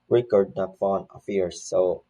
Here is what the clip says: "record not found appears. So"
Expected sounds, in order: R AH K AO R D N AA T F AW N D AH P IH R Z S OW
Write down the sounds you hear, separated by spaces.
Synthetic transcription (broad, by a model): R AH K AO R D N AA T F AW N AH F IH R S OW